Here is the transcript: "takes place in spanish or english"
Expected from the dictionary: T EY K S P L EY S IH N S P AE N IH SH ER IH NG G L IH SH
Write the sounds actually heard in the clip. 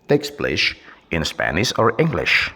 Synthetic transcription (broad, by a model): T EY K S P L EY SH IH N S P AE N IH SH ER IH NG G L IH SH